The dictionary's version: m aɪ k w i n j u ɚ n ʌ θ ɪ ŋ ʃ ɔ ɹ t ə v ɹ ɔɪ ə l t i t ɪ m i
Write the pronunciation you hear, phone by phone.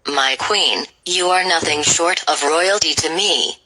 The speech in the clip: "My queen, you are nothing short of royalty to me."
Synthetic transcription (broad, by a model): m aɪ k w i n j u ɚ n ʌ θ ɪ ŋ ʃ ɔ ɹ t ə v ɹ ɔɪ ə l t i t ɪ m i